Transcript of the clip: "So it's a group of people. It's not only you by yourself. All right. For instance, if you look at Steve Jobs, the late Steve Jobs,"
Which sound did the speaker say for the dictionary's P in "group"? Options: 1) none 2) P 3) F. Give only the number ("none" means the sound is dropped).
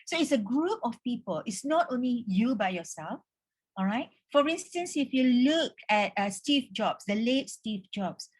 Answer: 2